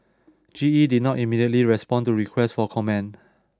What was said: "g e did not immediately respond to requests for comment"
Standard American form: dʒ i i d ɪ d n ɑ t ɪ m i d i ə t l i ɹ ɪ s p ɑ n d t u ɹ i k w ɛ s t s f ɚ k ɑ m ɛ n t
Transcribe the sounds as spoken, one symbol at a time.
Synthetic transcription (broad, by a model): dʒ i i d ɪ d n ɑ t ɪ m i d i ə t l i ɹ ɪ s p ɑ n t u ɹ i k w ɛ s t f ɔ k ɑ m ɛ n